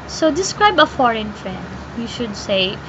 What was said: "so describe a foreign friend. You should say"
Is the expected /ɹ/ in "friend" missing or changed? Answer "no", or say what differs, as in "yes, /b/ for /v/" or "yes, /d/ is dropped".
no